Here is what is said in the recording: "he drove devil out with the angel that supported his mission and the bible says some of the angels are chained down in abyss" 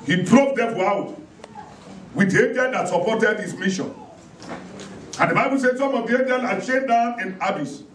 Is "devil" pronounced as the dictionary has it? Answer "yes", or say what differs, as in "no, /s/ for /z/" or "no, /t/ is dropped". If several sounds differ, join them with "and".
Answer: no, /f/ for /v/